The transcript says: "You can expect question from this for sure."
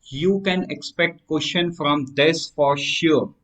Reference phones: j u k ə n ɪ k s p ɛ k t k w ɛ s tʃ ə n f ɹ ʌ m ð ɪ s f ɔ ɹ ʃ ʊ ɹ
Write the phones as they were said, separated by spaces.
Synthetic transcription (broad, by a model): j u k ə n ɪ k s p ɛ k t k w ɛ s ʃ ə n f ɹ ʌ m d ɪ s f ɔ ɹ ʃ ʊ ɹ